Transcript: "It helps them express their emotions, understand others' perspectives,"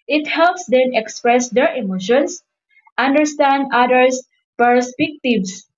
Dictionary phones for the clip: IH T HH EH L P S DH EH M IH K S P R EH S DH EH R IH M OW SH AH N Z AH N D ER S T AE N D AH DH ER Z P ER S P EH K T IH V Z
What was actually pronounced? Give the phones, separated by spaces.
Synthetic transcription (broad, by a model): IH T HH EH L P S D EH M IH K S P R EH S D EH R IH M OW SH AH N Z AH N D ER S T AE N D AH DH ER S P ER S P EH K T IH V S